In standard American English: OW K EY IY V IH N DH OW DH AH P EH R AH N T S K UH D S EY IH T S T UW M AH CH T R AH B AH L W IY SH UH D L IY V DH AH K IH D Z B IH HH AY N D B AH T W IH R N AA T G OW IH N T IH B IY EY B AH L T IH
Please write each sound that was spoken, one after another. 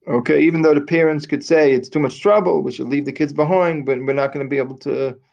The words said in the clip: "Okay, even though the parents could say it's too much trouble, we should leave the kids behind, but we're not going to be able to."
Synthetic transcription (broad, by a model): OW K EY IY V IH N DH OW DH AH P EH R AH N T S K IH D S EY IH T S T UW M AH CH T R AH B L W IY SH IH D L IY V DH AH K IH D Z B IH HH AY N D B AH T W IH R N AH T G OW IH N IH B IY EY B L T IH